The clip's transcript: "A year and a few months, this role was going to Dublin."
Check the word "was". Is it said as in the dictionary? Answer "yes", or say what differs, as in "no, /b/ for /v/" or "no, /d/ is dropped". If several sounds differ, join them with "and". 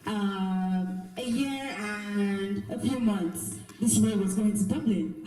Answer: yes